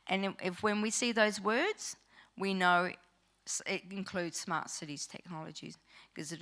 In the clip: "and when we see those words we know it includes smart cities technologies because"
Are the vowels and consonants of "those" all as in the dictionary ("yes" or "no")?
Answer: yes